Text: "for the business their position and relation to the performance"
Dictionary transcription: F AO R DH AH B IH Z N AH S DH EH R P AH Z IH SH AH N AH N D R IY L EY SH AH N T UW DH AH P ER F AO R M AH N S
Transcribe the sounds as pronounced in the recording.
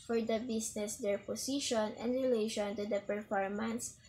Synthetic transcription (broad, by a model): F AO R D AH B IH S N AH S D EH R P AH S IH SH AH N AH N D R IY L EY SH AH N T UW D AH P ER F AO R M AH N S